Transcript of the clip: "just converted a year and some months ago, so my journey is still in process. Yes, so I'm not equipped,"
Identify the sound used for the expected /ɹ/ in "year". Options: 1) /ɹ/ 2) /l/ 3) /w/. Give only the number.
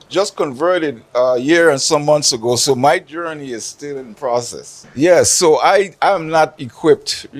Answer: 1